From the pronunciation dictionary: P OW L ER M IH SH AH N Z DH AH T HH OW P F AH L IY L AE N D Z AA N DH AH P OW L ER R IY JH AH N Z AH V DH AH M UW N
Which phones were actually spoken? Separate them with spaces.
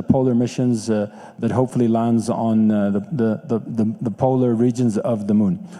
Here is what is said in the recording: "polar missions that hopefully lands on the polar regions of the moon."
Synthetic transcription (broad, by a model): P OW L ER M IH SH AH N Z DH AH T HH OW P F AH L IY L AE N D Z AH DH DH AH P OW L ER R IY JH AH N Z AH V DH AH M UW N